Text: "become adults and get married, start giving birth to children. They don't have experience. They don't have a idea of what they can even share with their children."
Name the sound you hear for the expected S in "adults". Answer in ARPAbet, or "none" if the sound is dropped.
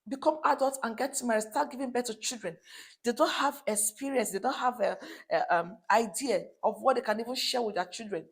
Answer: none